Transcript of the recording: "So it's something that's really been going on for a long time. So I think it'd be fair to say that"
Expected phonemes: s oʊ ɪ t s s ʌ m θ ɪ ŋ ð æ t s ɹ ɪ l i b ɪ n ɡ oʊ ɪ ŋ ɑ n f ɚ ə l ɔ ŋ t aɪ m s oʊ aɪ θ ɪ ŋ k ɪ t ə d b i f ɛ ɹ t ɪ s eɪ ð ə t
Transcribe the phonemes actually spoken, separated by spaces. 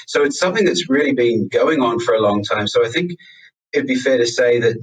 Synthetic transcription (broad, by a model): s oʊ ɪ t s s ʌ m θ ɪ ŋ ð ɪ t s ɹ ɪ l i b ɪ n ɡ oʊ ɪ ŋ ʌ n f ɚ ə l ɔ ŋ t aɪ m s oʊ aɪ θ ɪ ŋ k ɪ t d b i f ɛ ɹ t ɪ s eɪ ð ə t